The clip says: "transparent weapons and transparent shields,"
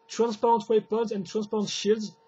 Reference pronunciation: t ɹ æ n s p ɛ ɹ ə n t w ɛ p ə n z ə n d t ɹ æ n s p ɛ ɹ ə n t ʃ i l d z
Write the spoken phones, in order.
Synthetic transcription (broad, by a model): t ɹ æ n s p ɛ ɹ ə n t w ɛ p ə z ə n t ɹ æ n s p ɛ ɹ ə n t ʃ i l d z